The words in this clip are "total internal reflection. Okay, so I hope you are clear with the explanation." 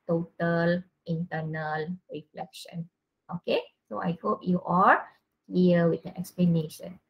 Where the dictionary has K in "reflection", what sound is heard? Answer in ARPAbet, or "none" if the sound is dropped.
K